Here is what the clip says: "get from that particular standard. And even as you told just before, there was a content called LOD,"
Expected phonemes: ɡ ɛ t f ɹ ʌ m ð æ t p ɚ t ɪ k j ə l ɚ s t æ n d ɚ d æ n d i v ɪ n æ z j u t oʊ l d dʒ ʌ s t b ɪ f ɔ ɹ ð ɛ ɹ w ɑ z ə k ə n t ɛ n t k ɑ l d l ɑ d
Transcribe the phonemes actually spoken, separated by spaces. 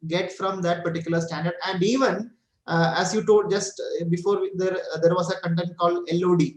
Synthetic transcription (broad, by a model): ɡ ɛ t f ɹ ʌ m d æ t p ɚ t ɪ k j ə l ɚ s t æ n d ɚ d æ n d i v ɪ n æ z j u t oʊ d dʒ ʌ s t b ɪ f ɔ ɹ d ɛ ɹ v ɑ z ə k ə n t ɛ n t k ɑ l d l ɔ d